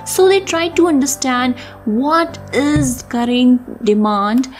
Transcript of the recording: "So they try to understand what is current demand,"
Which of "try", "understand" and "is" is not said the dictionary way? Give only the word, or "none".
none